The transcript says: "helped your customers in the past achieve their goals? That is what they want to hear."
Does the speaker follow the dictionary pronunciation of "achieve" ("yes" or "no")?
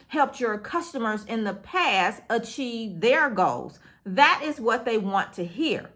yes